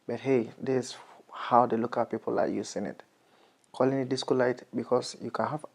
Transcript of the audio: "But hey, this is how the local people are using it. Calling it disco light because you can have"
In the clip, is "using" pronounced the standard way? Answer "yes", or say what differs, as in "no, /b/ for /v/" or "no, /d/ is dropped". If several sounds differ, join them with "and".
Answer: no, /s/ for /z/